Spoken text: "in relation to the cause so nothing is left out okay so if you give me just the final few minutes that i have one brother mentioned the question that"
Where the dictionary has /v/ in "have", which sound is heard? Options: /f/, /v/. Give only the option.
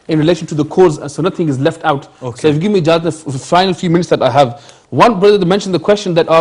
/v/